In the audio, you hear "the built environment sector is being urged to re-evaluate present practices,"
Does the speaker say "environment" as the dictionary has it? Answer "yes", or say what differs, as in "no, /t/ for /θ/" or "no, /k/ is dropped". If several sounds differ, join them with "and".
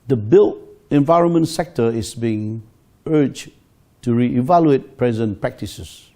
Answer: yes